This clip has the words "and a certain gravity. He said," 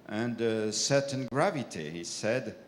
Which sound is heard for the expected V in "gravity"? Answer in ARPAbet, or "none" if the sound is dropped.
V